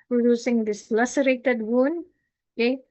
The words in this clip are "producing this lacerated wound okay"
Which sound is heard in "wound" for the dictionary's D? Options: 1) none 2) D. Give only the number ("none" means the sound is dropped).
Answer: 2